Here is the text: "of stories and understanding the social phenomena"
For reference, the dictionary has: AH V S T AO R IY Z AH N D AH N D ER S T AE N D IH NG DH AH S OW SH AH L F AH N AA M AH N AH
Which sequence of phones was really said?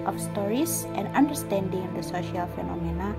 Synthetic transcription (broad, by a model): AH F S T AO R IY S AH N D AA N D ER S T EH N D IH NG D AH S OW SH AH L F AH N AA M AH N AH